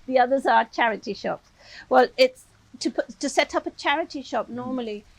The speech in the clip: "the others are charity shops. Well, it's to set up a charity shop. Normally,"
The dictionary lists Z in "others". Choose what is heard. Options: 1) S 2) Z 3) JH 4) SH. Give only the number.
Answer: 2